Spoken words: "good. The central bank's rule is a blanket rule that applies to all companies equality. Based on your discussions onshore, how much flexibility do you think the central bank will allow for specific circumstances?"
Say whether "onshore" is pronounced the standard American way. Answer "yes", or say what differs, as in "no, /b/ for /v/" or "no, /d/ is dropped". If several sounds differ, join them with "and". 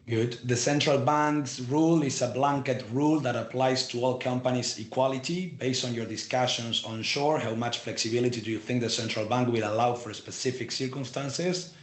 yes